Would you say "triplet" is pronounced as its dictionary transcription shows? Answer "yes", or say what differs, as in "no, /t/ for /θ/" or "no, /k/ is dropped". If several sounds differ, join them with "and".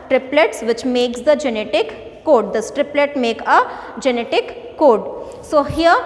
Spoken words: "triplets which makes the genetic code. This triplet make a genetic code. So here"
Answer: yes